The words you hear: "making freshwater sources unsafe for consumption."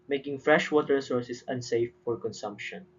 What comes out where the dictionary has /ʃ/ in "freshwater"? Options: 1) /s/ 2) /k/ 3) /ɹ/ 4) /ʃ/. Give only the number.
4